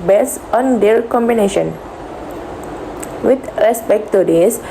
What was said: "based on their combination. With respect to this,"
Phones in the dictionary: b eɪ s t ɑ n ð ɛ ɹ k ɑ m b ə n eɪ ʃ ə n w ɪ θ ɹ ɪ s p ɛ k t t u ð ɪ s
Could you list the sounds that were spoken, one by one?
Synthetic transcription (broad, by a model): b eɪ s ɑ n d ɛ l k ɑ m b ə n eɪ ʃ ə n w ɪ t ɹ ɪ s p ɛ k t t u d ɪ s